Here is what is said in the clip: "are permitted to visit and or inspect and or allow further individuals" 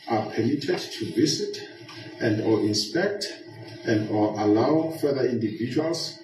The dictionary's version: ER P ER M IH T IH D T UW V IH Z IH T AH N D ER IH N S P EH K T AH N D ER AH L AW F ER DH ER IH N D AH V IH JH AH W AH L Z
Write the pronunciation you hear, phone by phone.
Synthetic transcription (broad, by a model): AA P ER M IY T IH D T UW V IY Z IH T AH N D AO IH N S P EH K T AH N D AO AH L AW F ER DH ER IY N D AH V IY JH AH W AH L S